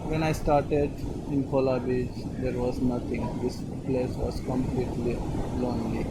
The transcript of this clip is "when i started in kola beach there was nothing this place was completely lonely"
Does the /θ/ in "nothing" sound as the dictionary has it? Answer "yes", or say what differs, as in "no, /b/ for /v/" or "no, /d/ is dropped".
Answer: no, /t/ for /θ/